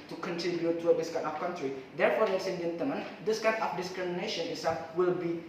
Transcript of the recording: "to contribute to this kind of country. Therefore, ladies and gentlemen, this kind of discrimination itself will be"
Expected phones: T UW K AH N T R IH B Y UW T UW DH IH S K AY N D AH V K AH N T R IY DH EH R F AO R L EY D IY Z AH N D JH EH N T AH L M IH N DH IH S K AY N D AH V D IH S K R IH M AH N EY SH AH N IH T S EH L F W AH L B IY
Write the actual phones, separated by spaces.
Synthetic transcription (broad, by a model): T UW K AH N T R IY B Y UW T UW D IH S K AY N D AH F K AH N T R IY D EH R F AO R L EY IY S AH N JH EH N T AH L M IH N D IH S K AY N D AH F D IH S K R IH M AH N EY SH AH N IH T S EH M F W AH L B IY